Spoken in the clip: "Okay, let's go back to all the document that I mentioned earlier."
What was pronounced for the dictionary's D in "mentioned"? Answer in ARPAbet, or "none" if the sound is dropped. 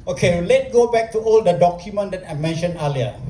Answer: none